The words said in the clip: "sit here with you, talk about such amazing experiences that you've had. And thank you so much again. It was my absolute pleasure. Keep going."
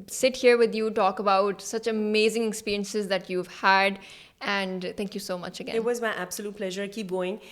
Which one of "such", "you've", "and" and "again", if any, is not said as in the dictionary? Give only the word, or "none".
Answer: again